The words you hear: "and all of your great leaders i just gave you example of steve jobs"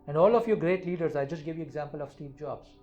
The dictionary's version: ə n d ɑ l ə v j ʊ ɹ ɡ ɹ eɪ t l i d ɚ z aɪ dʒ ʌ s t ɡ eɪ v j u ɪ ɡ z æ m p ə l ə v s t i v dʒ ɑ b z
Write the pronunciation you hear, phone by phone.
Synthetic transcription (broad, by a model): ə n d ɑ l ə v j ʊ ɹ ɡ ɹ eɪ t l i d ɚ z aɪ dʒ ʌ s t ɡ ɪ v j u ɪ ɡ z æ m p ə l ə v s t i v dʒ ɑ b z